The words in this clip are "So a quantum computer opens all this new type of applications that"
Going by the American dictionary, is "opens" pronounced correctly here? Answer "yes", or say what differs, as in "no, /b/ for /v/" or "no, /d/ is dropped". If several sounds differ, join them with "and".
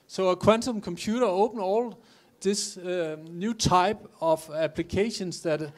no, /z/ is dropped